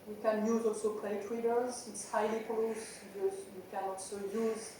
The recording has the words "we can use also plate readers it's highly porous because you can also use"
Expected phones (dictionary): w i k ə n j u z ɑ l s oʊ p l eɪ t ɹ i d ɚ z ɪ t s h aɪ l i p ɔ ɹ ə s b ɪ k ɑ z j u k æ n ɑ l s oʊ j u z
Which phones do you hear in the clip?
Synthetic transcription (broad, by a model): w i k ə n j u z ɑ l s oʊ p l eɪ t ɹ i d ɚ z ɪ t s h aɪ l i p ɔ l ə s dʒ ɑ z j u k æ n ɑ l s oʊ j u z